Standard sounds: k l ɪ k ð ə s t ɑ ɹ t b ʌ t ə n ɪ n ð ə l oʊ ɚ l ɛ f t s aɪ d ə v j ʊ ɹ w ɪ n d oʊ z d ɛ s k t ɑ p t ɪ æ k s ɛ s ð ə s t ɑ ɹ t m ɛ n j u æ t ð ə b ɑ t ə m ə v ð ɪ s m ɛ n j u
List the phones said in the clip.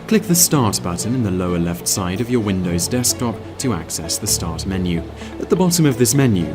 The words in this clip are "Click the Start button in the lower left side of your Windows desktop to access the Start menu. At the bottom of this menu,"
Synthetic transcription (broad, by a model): k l ɪ k ð ə s t ɑ ɹ t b ʌ t n ɪ n ð ə l oʊ ɚ l ɛ f t s aɪ d ə v j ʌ ɹ w ɪ n d oʊ z d ɛ s k t ɑ p t ɪ æ k s ɛ s ð ə s t ɑ ɹ t m ɛ n j u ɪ t ð ə b ɑ t ə m ə v ð ɪ s m ɛ n j u